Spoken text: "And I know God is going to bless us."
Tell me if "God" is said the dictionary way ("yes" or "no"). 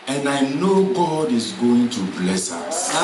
yes